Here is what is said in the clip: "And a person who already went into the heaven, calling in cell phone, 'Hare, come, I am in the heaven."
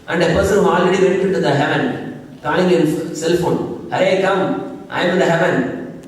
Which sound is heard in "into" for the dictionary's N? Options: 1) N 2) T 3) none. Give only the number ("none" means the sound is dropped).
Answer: 3